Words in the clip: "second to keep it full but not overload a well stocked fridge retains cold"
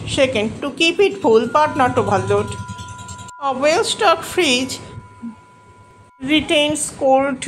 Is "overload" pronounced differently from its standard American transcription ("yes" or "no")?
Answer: yes